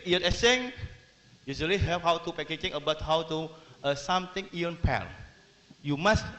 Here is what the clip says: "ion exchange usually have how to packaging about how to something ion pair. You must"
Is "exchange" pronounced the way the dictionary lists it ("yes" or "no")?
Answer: no